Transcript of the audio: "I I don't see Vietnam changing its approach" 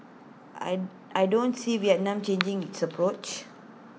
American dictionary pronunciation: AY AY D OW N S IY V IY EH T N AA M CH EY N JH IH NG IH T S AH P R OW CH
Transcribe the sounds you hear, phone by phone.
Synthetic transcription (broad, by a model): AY AY D OW N S IY W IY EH N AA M CH EY N JH IH NG IH T S AH P R OW CH